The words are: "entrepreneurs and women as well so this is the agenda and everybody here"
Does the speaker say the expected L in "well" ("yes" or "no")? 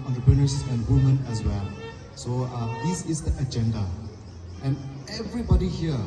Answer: yes